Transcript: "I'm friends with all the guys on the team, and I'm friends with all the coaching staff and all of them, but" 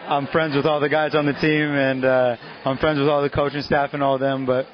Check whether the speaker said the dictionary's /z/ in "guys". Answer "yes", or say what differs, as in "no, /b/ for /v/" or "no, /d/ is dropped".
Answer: yes